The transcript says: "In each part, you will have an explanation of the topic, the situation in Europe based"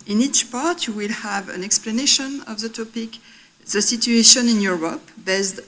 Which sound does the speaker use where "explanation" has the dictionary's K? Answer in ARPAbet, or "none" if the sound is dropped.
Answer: K